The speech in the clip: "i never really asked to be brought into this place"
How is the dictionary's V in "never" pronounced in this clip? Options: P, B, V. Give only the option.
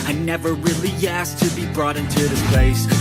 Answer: V